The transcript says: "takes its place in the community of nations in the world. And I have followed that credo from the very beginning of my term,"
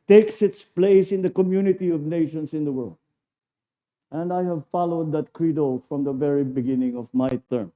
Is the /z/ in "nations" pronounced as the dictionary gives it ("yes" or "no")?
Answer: no